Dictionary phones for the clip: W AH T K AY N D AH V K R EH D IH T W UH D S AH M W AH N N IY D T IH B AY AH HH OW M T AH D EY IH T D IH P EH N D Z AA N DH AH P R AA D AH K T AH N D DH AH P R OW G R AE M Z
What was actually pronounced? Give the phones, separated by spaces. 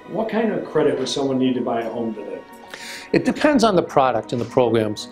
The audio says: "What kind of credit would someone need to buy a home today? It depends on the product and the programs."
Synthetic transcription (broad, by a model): W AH T K AY N D AH V K R EH D IH T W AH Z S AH M W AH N N IY D T IH B AY AH HH OW M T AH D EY IH T D IH P EH N D Z N DH AH P R AA D AH K T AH N DH AH P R OW G R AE M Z